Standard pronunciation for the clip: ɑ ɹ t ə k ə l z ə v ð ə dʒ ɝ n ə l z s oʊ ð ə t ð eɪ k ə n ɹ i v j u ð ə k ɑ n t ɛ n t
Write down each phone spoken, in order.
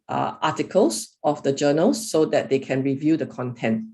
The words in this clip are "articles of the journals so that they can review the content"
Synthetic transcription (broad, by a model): ɑ t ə k ə l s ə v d ə dʒ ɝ n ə l s oʊ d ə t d eɪ k ə n ɹ i v j u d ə k ɑ n t ɛ n t